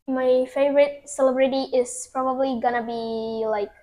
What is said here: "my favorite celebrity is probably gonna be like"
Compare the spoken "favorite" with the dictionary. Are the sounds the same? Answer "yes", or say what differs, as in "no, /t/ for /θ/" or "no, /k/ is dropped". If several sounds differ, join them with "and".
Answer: yes